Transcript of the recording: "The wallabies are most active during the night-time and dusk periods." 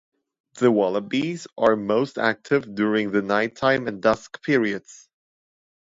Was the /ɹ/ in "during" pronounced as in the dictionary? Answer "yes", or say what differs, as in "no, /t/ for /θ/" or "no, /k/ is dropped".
yes